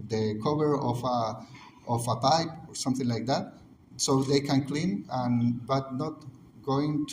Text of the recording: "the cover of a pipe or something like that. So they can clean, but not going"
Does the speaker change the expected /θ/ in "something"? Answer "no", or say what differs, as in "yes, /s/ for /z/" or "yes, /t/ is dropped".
no